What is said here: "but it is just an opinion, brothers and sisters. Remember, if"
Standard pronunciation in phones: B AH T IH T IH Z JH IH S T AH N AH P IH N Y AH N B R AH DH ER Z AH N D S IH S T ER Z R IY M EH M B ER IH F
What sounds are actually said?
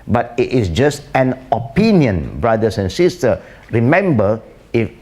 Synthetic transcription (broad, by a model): B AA T IH T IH S JH IH S T AH N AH P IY N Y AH N B R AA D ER S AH N S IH S T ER R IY M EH M B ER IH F